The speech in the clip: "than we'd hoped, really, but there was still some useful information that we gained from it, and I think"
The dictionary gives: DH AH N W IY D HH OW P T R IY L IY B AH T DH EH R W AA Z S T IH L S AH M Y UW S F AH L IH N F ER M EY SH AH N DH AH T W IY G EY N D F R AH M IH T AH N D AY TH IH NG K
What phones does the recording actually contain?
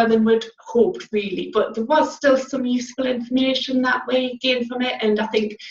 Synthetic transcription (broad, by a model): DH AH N W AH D HH OW P T R IY L IY B AH T DH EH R W AA Z S T IH L S AH M Y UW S F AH L IH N F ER M EY SH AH N DH AH T W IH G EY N F R AH M IH T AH N AY TH IH NG K